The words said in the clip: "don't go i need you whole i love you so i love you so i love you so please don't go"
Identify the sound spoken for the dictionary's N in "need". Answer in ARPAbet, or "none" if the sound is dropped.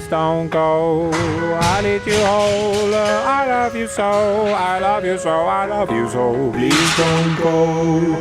L